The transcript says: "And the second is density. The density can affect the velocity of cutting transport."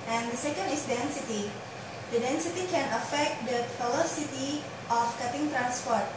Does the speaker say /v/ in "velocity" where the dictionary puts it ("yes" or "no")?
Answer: no